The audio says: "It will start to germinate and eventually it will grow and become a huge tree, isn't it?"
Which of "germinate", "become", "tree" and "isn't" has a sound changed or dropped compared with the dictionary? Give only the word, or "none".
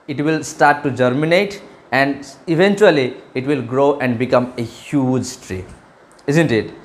none